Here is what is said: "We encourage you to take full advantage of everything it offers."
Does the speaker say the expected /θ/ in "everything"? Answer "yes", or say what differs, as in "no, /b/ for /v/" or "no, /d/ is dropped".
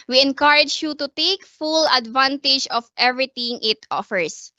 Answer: no, /t/ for /θ/